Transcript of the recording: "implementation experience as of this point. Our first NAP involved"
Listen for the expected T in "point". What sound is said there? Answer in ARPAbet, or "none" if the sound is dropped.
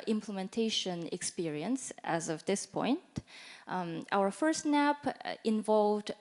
T